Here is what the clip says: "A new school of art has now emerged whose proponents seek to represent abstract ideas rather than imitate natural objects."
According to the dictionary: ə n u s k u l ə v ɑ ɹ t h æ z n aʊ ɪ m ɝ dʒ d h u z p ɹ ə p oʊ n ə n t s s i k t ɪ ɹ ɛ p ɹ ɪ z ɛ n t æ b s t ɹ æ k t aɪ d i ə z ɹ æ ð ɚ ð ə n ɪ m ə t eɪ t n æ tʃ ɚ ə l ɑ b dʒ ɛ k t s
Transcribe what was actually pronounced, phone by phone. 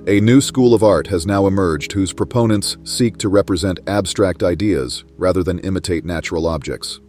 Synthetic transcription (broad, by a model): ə n u s k u l ə v ɑ ɹ t h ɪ z n aʊ ɪ m ɝ dʒ d h u z p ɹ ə p oʊ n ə n t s s i k t ɪ ɹ ɛ p ɹ ɪ z ɛ n t æ b s t ɹ æ k t aɪ d i ə z ɹ æ ð ɚ ð ə n ɪ m ə t eɪ t n æ tʃ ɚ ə l ɑ b dʒ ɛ k t s